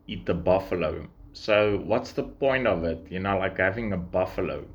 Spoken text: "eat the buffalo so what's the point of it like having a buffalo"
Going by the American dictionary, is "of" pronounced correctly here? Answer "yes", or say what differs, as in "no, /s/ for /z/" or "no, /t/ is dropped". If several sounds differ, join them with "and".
yes